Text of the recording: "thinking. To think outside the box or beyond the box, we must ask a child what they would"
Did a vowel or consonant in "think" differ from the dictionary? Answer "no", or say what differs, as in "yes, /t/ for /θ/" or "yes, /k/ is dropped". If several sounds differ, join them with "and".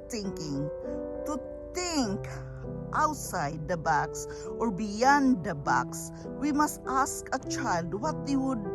yes, /t/ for /θ/